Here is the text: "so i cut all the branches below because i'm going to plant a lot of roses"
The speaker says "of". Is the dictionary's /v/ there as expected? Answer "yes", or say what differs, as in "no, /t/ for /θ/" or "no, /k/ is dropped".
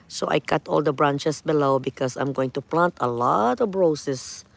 no, /b/ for /v/